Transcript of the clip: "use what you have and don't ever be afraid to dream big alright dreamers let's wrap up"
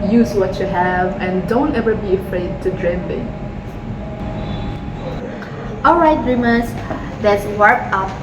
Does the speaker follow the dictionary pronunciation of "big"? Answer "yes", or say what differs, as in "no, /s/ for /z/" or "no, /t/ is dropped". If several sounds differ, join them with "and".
no, /ɡ/ is dropped